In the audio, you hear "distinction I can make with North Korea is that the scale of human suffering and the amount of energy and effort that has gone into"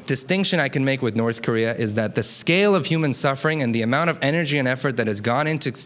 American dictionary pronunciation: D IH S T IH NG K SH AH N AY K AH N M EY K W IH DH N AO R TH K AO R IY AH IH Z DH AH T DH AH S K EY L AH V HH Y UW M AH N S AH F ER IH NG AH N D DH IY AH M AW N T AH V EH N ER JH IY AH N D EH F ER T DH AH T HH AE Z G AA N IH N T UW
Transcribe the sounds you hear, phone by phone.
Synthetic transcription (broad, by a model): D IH S T IH NG K SH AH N AY K AH N M EY K W IH DH N AO R TH K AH R IY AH IH Z DH AH T DH AH S K EY L AH V HH Y UW M AH N S AH F ER IH NG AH N DH IY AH M AW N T AH V EH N ER JH IY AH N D EH F ER T DH AH T HH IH Z G AA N IH N T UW